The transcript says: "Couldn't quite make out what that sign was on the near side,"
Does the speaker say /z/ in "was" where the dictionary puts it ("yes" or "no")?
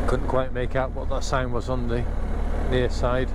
yes